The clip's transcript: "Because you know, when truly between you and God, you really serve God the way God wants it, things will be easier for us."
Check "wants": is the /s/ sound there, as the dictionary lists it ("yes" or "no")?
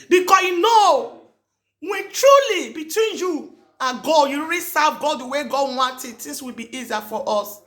no